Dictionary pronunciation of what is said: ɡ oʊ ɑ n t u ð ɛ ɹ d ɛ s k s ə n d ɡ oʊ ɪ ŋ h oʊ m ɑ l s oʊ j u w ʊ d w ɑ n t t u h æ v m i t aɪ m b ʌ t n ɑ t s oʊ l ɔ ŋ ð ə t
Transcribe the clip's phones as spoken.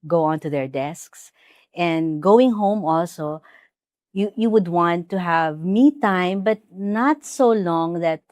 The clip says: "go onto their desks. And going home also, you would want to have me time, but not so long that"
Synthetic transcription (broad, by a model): ɡ oʊ ɑ n t u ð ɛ ɹ d ɛ s k s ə n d ɡ oʊ ɪ ŋ h oʊ m ɑ l s oʊ j u w ʊ d w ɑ n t t u h æ v m i t aɪ m b ʌ t n ɑ t s oʊ l ɔ ŋ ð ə t